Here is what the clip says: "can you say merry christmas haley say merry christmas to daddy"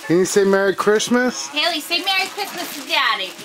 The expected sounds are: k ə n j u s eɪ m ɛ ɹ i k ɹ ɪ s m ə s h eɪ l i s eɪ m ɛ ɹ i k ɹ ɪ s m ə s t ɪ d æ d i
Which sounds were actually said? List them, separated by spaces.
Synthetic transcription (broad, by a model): k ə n j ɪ s eɪ m ɛ ɹ i k ɹ ɪ s m ə s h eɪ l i s eɪ m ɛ ɹ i k ɹ ɪ s m ə s s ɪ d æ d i